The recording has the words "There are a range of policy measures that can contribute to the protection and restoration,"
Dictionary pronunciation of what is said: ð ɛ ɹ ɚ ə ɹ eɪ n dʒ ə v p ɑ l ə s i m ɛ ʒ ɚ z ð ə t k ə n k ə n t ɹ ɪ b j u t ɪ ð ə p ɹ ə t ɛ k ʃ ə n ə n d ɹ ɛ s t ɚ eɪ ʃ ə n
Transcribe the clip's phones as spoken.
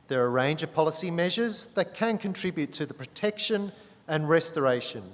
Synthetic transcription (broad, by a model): ð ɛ ɹ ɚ ə ɹ eɪ n dʒ ə v p ɑ l ə s i m ɛ ʒ ɚ z ð ə t k ə n k ə n t ɹ ɪ b j u t ɪ ð ə p ɹ ə t ɛ k ʃ ə n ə n ɹ ɛ s t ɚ eɪ ʃ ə n